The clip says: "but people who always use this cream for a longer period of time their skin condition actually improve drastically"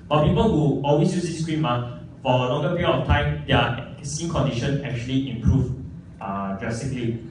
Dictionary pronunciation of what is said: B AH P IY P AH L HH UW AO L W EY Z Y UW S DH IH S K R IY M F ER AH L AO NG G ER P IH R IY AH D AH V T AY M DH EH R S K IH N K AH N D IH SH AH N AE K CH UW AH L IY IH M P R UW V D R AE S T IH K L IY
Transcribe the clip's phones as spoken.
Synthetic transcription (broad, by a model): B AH P IY P AH L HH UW AO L W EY S Y UW S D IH S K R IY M F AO AH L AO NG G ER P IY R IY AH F T AY M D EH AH S IY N K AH N D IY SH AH N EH K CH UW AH L IY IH M P R UW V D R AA S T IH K L IY